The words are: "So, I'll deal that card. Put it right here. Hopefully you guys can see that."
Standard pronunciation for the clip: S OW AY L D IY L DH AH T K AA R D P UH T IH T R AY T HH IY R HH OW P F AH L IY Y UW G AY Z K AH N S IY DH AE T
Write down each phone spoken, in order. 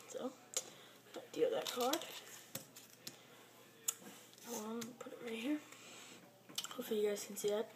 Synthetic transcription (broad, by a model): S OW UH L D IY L DH AH T K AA R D P UH T IH T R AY HH IY R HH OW F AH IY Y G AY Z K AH N S IY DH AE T